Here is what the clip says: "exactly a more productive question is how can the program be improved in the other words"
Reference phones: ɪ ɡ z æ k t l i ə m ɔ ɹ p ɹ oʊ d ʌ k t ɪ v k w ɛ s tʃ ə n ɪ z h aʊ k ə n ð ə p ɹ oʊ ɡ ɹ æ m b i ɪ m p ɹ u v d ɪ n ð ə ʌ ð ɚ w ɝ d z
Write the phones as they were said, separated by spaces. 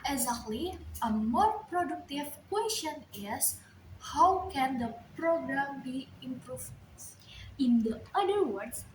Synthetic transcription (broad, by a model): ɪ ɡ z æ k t l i ə m ɔ ɹ p ɹ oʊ d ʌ k t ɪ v k w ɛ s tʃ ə n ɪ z h aʊ k ə n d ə p ɹ oʊ ɡ ɹ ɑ m b i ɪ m p ɹ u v ɪ n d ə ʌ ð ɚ w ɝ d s